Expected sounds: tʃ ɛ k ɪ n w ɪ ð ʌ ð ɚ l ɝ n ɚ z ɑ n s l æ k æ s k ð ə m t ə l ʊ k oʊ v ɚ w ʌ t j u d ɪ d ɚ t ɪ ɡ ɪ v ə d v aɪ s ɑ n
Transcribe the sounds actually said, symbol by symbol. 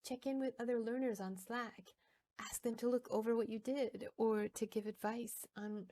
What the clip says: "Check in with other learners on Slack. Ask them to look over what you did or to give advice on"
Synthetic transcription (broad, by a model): tʃ ɛ k ɪ n w ɪ ð ʌ ð ɚ l ɝ n ɚ z n s l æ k æ s k ð ə m t ə l ʊ k oʊ v ɚ w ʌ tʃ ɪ d ɪ d ɚ t ɪ ɡ ɪ v ə d v aɪ s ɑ n